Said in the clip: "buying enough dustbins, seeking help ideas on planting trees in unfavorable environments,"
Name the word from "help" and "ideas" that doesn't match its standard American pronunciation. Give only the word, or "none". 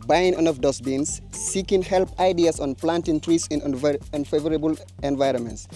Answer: ideas